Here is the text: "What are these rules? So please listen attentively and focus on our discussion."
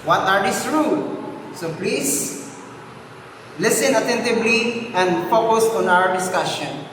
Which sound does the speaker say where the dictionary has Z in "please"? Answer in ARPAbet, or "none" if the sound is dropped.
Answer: S